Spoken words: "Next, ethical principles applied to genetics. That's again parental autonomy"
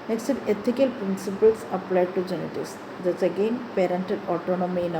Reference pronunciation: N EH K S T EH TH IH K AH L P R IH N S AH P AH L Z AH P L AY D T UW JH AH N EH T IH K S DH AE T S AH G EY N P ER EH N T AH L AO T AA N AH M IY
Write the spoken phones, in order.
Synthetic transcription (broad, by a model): N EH K S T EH T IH K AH L P R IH N S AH P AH L S AH P L AY D T UW JH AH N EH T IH S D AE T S AH G EY N P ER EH N T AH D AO T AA N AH M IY